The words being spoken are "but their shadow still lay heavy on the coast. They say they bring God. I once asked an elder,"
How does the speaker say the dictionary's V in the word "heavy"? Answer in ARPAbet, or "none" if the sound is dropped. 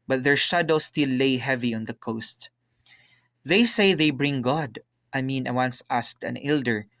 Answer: V